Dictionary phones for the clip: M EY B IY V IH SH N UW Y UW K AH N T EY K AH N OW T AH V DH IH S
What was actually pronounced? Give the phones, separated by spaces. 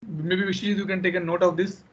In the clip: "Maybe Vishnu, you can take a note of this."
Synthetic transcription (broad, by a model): M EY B IY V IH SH UW Y UW K AH N T EY K AH N OW T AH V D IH S